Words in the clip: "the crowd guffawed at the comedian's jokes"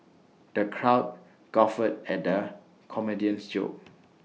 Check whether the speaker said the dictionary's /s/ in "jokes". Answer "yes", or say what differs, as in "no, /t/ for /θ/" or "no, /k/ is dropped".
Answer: no, /s/ is dropped